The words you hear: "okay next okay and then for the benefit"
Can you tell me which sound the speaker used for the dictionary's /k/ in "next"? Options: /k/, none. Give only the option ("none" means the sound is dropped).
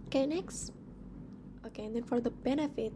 /k/